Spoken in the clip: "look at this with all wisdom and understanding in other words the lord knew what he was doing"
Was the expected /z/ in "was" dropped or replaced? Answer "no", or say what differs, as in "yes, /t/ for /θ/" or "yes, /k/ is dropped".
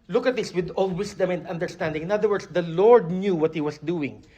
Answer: yes, /s/ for /z/